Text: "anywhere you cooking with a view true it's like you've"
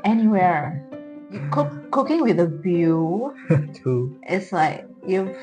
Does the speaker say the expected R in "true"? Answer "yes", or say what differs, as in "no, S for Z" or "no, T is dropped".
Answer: no, R is dropped